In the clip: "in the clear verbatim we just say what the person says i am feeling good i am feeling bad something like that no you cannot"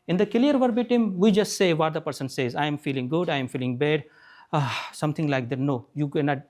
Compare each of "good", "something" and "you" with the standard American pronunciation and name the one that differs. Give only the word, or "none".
something